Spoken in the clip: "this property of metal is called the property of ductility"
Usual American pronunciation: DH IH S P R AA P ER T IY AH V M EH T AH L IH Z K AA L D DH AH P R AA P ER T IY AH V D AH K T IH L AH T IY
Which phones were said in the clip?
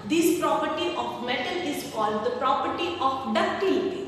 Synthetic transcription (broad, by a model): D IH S P R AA P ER T IY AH F M EH T AH L IH Z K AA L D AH P R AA P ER T IY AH F D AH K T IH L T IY